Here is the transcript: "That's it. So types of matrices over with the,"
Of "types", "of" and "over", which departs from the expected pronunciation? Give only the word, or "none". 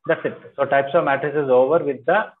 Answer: none